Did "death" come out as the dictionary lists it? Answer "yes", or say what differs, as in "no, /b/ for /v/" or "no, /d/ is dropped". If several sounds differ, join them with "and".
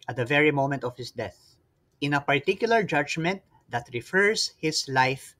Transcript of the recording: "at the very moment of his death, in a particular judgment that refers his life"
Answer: yes